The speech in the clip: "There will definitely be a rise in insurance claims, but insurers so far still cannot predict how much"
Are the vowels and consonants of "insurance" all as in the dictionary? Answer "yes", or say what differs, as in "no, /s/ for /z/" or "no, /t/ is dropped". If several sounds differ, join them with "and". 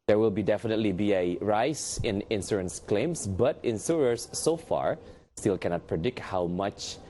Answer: no, /s/ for /ʃ/